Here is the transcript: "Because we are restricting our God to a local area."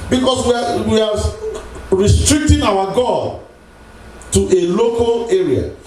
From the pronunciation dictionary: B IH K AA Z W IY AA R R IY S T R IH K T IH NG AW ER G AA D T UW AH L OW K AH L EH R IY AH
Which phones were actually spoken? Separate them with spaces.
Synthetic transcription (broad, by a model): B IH K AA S W IY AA W R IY S T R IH K T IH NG AW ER G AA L T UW AH L OW K AH L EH R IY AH